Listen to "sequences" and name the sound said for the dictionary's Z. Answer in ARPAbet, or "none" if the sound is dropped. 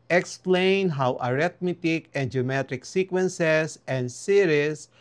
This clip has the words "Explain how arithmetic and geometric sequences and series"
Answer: S